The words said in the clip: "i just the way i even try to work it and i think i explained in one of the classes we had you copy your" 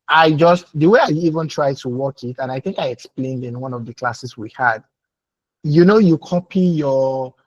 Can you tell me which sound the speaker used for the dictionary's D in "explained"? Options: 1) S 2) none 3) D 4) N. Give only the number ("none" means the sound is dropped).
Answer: 3